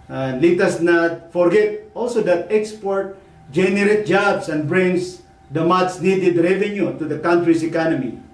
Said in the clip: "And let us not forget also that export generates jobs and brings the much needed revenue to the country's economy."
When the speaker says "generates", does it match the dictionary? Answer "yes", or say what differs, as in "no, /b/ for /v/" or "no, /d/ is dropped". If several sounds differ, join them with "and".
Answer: no, /s/ is dropped